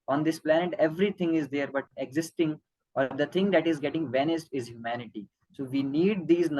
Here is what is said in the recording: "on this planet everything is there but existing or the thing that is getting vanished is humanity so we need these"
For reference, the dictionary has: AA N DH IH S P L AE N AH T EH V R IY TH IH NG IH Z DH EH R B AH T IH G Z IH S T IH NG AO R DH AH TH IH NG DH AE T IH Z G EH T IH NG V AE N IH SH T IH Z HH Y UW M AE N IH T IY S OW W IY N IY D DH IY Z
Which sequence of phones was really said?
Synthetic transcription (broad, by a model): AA N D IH S P L AE N AH T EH V R IY T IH NG IH Z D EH R B AH T IH G Z IH S T IH NG AO R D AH T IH NG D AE T IH Z G EH T IH NG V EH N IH S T IH Z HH Y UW M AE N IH T IY S OW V IY N IY D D IY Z